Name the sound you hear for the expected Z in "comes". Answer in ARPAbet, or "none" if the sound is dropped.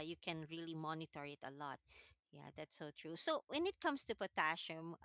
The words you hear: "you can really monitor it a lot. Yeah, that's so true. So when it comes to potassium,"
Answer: S